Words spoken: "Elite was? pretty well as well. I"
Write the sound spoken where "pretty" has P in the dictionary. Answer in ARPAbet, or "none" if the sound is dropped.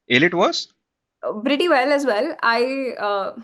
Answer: B